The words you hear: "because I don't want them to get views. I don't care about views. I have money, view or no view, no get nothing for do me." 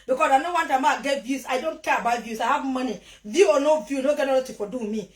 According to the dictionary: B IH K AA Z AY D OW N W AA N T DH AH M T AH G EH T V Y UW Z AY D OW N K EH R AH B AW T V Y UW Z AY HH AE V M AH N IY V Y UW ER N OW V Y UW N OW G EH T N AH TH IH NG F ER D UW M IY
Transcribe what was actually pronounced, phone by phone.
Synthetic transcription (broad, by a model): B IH K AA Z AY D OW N W AA N T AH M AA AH G EH T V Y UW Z AY D OW N K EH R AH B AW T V Y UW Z AY HH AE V M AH N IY V Y UW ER N OW V Y UW N OW G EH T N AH T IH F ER D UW M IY